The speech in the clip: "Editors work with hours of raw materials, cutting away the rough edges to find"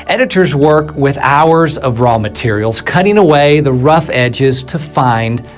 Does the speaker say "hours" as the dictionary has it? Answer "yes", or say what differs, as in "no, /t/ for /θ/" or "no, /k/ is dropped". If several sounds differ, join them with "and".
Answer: yes